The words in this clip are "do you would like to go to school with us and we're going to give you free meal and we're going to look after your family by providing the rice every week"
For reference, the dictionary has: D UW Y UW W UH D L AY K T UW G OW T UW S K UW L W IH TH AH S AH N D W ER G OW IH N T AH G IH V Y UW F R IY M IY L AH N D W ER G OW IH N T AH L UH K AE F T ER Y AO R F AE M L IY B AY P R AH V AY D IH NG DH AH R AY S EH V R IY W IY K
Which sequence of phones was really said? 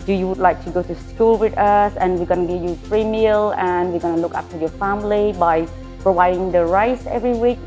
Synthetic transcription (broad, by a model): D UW Y UW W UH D L AY K T UW G OW T UW S K UW L W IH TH AH S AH N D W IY G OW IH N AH G IH V Y UW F R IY M IY L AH N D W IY G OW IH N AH L UH K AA P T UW Y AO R F AE M L IY B AY P R AH V AY D IH NG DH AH R AY S EH V R IY W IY K